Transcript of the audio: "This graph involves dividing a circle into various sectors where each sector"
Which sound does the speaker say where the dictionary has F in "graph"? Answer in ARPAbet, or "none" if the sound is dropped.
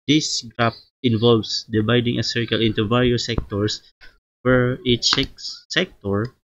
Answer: P